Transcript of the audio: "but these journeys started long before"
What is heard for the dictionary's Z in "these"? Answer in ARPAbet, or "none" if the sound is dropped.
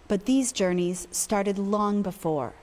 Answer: Z